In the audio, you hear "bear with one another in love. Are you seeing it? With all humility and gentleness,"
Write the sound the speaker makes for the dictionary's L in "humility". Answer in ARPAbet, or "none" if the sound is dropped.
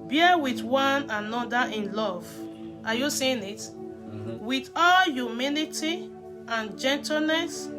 N